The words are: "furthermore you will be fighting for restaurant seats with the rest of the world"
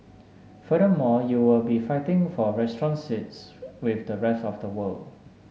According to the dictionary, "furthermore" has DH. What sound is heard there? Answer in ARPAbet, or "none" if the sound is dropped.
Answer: none